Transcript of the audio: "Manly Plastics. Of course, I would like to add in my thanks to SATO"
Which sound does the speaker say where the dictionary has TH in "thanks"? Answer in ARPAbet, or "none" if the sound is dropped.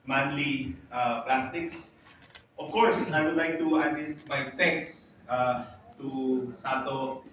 F